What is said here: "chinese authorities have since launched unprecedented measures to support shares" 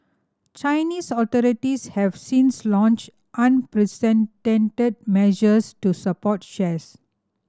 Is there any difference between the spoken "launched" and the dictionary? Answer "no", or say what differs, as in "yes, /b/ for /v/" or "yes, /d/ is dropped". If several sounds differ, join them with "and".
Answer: no